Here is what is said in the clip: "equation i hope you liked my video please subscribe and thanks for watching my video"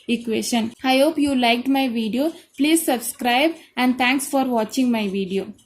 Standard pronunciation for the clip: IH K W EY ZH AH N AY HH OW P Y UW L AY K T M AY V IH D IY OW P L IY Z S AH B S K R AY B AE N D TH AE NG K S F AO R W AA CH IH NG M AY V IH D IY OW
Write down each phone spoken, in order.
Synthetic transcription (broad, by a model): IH K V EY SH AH N AY HH OW P Y UW L AY K T M AY V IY D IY OW P L IY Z S AH B S K R AY B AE N D T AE NG K S F AO R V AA CH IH NG M AY V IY D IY OW